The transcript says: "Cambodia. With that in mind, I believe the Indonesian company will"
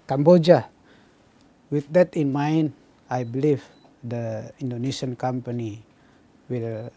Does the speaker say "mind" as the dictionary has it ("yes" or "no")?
no